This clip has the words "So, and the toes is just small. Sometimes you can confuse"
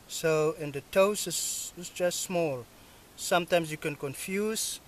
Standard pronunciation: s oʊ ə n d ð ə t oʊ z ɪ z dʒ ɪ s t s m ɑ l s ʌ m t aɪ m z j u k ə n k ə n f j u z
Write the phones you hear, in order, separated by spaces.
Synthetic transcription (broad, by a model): s oʊ ə n d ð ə t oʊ s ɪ s dʒ ɪ s t s m ɑ l s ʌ m t aɪ m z j u k ə n k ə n f j u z